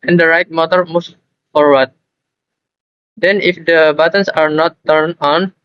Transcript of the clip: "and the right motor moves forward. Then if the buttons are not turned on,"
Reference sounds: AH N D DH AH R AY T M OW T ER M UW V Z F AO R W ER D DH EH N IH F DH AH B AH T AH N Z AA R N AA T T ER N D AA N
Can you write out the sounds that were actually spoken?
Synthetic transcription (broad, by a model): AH N D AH R AY T M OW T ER M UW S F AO R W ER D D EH N IH F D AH B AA T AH N S AA R N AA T T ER N AA N